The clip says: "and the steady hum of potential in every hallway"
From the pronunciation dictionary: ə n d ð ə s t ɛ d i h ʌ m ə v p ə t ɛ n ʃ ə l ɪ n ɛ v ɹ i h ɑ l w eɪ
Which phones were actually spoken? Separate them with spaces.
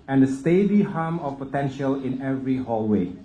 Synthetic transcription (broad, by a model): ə n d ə s t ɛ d i h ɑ m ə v p ə t ɛ n ʃ ə l ɪ n ɛ v ɹ i h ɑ l w eɪ